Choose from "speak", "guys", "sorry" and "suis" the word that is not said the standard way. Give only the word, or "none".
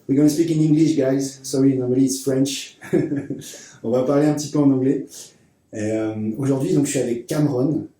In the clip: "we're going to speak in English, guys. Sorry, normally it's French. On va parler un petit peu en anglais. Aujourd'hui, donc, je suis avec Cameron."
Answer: suis